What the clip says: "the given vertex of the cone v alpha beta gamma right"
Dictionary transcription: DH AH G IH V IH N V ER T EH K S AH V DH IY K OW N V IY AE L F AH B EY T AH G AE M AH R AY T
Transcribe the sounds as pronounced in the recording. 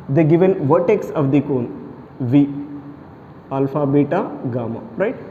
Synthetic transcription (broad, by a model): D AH G IH V IH N V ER T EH K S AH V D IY K OW N V IY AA L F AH B EY T AH G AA M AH R AY T